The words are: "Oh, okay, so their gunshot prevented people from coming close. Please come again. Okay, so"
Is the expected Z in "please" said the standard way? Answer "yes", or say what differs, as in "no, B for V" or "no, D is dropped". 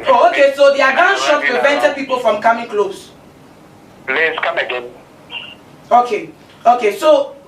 no, S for Z